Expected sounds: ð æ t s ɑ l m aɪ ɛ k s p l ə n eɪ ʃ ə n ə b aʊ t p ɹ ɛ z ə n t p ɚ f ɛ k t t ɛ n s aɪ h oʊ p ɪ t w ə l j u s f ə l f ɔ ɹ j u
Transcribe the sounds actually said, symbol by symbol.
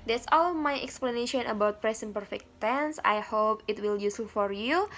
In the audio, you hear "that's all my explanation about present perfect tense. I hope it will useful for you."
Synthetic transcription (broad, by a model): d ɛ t s ɑ l m aɪ ɛ k s p l ə n eɪ ʃ ə n ə b aʊ t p ɹ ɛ s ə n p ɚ f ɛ k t t ɛ n s aɪ h oʊ p ɪ t w ə l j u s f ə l f ɔ ɹ j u